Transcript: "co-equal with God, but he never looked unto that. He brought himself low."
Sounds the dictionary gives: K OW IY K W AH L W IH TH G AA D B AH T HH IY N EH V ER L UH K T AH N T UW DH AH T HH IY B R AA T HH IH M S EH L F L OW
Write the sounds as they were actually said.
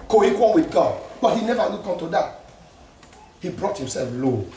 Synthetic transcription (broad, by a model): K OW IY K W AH N W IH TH G AA D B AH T HH IY N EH V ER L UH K AH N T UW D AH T HH IY B R AA T HH IH M S EH L F L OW